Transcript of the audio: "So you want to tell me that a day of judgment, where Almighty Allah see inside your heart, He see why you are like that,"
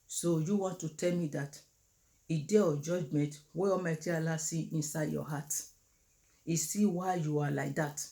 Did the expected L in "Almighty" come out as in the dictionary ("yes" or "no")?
no